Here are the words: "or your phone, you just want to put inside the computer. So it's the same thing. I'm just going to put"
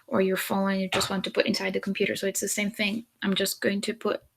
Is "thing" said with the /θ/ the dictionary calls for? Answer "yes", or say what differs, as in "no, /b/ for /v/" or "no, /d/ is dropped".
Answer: yes